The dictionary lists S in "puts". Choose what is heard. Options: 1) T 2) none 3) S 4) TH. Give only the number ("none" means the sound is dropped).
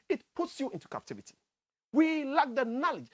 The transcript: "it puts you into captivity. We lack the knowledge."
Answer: 3